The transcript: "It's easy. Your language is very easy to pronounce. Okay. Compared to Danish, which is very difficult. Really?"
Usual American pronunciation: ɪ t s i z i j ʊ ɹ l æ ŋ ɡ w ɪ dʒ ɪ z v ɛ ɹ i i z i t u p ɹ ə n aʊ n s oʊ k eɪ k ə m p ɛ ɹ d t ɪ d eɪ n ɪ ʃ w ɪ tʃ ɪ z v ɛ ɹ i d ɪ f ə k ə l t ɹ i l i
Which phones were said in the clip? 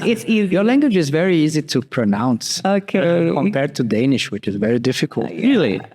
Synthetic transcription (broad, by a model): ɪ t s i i j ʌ ɹ l æ ŋ ɡ w ɪ dʒ ɪ z v ɛ ɹ i i z i t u p ɹ ə n aʊ n s oʊ k eɪ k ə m p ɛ ɹ d t ɪ d eɪ n ɪ ʃ w ɪ tʃ ɪ z v ɛ ɹ i d ɪ f ə k ə l t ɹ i l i